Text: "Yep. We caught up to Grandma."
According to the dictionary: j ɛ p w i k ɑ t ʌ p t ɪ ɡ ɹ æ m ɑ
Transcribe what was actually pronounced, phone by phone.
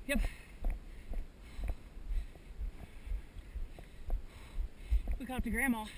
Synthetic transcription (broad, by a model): j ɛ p w i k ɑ ʌ p t ɪ ɡ ɹ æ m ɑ